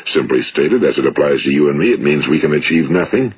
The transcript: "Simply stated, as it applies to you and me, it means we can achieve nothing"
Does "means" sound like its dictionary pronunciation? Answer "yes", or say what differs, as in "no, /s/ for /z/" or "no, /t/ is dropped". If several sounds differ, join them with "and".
yes